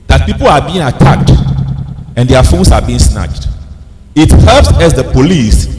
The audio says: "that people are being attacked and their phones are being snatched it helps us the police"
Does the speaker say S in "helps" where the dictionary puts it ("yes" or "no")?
yes